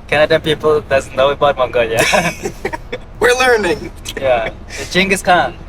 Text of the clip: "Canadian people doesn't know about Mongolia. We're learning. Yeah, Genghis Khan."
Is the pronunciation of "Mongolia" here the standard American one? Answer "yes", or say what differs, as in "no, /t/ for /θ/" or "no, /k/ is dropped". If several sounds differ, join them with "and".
yes